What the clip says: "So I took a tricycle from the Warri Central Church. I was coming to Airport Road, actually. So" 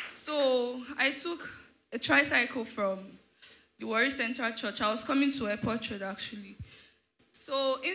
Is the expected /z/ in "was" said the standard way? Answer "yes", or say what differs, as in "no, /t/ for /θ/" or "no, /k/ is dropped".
no, /s/ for /z/